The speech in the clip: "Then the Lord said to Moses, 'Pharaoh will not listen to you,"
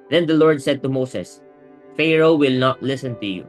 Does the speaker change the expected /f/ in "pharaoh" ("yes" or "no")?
no